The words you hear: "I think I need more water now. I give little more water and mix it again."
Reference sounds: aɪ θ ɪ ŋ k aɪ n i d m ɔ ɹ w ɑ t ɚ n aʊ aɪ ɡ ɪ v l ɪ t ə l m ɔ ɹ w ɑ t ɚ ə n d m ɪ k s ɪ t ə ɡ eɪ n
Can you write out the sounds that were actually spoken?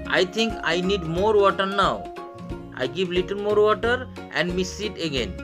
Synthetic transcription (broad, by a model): aɪ t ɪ ŋ k aɪ n i d m ɔ ɹ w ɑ t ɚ n aʊ aɪ ɡ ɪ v l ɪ t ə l m ɔ ɹ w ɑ t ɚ ə n d m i s ɪ t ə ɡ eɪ n